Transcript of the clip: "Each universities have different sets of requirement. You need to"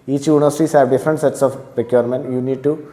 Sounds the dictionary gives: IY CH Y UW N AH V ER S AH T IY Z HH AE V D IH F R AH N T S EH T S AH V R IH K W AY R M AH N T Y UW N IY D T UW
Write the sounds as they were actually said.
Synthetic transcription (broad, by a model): IY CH Y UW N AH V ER S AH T IY S HH AE V D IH F R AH N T S EH T S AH P R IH K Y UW R M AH N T Y UW N IY D T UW